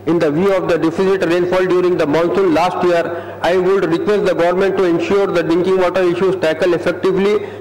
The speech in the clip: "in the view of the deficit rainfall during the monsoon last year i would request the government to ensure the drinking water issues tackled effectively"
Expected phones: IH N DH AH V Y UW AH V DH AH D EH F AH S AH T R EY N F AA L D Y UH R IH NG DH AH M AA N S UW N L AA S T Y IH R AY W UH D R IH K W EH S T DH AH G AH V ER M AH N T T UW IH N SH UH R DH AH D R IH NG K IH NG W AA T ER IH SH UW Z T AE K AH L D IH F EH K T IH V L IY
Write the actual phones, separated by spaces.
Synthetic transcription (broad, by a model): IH N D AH V Y UW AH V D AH D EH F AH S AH T R EY N F AA L D Y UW R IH NG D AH M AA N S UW N L AA S T Y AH R AY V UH D R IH K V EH S T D AH G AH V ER M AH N T T UW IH N SH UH R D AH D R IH NG K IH NG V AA T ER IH SH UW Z T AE K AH L IH F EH K T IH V L IY